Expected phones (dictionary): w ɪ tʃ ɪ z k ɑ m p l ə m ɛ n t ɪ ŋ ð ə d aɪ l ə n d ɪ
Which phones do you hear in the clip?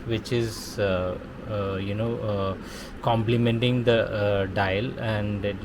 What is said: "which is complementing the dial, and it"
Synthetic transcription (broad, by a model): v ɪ tʃ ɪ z k ɑ m p l ə m ɛ n t ɪ ŋ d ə d aɪ l ə n d